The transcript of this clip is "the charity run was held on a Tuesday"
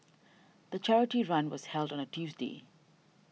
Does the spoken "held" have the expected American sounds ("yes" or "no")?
yes